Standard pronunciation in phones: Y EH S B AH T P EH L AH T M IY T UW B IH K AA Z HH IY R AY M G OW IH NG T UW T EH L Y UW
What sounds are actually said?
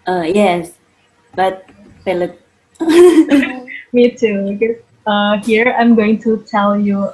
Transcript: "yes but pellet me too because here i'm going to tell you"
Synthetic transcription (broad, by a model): Y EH S B AH T F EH L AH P M IY T UW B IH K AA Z HH IY R AY M G OW IH NG T UW T EH L Y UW